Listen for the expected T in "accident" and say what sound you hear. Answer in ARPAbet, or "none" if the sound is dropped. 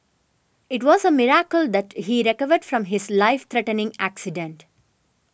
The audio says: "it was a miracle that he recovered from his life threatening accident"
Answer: T